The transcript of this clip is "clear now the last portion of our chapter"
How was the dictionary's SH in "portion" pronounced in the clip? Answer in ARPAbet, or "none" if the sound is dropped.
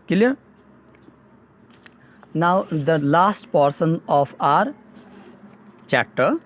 S